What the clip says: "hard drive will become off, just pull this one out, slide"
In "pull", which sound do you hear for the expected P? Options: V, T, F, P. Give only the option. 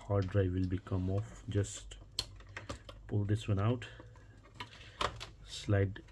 P